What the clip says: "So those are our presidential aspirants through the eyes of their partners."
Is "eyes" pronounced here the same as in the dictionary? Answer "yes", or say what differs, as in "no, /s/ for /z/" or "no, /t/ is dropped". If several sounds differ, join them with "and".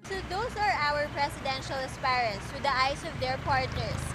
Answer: no, /s/ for /z/